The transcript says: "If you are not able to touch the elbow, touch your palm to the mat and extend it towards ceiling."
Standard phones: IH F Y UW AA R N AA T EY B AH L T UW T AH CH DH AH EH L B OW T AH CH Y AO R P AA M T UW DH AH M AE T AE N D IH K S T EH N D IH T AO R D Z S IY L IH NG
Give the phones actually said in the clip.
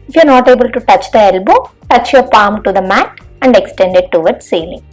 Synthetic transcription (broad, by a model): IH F Y UW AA R N AA T EY B AH L T UW T AH CH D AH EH L B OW T AH CH Y AO R P AA M T UW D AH M AE T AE N D IH K S T EH N D IH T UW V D S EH L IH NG